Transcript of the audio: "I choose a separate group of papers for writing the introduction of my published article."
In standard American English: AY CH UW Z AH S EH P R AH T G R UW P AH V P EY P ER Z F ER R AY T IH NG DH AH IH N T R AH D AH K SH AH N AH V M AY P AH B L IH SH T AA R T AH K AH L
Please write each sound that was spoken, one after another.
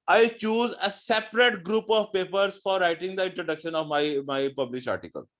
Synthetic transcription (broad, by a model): AY CH UW Z AH S EH P R AH T G R UW P AH V P EY P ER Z F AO R AY T IH NG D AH IH N T R AH D AH K SH AH N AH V M AY P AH B L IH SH AA R T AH K AH L